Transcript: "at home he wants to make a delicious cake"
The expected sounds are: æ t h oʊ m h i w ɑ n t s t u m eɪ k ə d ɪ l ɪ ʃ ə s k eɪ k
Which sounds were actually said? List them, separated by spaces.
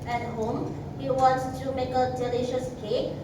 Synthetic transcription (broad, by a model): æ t h oʊ m h i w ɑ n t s t u m eɪ k ə d ɪ l ɪ ʃ ə s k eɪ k